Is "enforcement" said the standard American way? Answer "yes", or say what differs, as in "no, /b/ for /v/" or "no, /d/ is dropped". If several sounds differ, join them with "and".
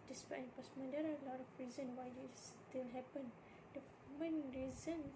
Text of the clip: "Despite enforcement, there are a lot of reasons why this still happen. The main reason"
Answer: no, /p/ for /f/